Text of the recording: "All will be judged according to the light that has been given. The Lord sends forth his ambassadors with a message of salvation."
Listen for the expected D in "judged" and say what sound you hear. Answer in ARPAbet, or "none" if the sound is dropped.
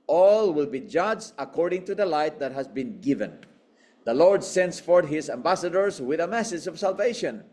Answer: none